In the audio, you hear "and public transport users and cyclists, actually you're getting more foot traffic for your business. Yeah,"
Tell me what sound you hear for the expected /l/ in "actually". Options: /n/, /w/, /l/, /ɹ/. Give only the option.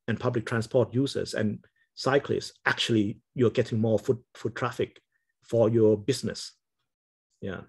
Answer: /l/